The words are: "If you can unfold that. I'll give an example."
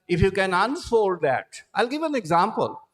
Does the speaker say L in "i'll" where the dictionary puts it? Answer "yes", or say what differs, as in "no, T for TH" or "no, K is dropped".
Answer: yes